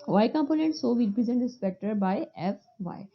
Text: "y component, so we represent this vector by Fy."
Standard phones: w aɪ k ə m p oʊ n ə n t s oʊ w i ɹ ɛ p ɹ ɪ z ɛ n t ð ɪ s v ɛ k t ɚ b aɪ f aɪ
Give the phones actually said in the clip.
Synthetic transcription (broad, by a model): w aɪ k ə m p oʊ n ə n t s oʊ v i ɹ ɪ p ɹ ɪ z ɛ n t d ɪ s p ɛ k t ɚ b aɪ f aɪ